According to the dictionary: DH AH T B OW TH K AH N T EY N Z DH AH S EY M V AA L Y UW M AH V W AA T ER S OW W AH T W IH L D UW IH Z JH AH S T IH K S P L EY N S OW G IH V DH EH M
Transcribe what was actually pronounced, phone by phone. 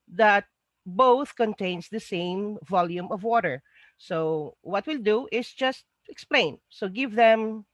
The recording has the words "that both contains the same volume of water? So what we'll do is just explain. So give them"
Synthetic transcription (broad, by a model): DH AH T B OW TH K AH N T EY N S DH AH S EY M V AA L Y UW M AH V W AA T ER S OW W AH T W IH L D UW IH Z JH AH S T IH K S P L EY N S OW G IH V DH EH M